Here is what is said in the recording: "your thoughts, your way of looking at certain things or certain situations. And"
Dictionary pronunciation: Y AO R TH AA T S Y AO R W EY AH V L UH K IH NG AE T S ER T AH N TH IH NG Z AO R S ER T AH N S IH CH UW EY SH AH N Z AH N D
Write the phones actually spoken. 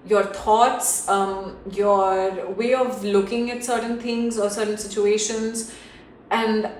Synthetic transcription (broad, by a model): Y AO R T AA T S Y AO R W EY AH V L UH K IH NG AE T S ER T AH N T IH NG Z AO R S ER T AH N S IH CH UW EY SH AH N Z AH N D